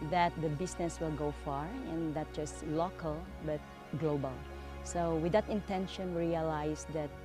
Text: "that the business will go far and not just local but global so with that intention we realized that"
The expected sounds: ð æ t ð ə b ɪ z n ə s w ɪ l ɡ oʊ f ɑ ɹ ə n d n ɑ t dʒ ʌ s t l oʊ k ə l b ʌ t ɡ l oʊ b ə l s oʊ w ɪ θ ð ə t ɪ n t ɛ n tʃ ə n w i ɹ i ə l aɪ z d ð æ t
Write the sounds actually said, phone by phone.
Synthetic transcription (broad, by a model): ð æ t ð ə b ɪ s n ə s w ɪ l ɡ oʊ f ɑ ɹ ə n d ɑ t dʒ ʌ s t l oʊ k ə l b ʌ t ɡ l oʊ b ə l s oʊ w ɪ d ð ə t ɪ n t ɛ n ʃ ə n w ɹ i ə l aɪ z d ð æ t